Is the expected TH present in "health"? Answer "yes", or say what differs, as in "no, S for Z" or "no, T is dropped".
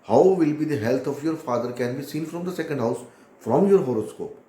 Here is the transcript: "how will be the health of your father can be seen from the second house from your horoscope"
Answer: no, T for TH